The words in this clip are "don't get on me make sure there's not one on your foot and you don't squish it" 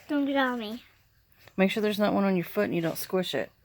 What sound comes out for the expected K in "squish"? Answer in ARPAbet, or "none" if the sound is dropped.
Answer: K